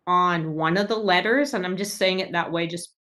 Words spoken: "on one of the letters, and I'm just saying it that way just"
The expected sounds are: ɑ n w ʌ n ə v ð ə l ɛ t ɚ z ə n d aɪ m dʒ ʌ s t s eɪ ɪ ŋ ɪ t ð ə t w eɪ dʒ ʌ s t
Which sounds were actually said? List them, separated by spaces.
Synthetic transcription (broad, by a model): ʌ n w ʌ n ə v ð ə l ɛ t ɚ z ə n aɪ m dʒ ʌ s t s eɪ ɪ ŋ ɪ t ð ə t w eɪ dʒ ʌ s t